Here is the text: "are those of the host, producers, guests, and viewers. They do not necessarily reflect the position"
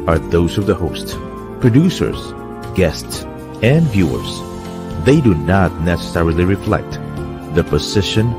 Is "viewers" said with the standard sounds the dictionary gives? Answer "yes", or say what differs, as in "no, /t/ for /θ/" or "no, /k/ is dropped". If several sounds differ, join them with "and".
yes